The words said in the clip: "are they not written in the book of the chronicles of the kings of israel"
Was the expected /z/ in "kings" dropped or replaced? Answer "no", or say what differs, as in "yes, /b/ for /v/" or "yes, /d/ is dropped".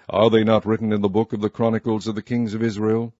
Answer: no